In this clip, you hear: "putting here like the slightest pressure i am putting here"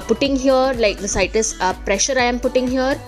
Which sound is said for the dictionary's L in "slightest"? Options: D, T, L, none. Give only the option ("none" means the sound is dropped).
none